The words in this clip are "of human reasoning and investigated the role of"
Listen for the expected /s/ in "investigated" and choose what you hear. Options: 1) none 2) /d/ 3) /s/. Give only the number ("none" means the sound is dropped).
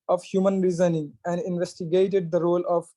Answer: 3